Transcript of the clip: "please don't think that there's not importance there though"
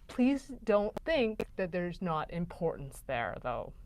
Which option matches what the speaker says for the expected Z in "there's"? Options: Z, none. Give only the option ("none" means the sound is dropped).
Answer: Z